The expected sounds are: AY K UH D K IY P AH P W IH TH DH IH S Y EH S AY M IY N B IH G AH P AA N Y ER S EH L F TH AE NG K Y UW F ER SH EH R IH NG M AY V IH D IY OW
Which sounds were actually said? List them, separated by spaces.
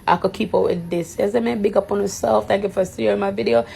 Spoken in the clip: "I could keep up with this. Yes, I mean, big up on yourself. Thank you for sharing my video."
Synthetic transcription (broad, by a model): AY K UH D K IY P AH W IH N DH IH S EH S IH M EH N B IH G AH P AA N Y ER S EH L F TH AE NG K Y UW F ER S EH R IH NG M AY V IH D IY OW